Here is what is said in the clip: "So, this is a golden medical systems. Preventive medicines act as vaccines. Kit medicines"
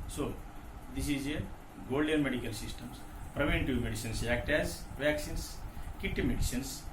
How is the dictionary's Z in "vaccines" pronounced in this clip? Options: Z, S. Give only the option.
S